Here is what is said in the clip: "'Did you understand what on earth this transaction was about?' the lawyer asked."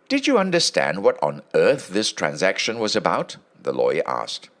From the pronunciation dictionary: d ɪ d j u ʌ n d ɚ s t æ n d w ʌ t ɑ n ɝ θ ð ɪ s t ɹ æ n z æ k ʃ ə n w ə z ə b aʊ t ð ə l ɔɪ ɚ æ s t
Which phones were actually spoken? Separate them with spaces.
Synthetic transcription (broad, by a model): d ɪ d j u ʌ n d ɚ s t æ n d w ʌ t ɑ n ɝ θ ð ɪ s t ɹ æ n z æ k ʃ ə n w ə z ə b aʊ t ð ə l ɔɪ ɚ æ s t